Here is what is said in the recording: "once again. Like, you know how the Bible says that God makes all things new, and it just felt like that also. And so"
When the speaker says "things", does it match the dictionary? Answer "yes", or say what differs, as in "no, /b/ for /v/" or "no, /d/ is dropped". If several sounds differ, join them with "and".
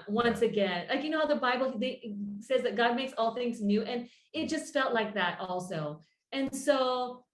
yes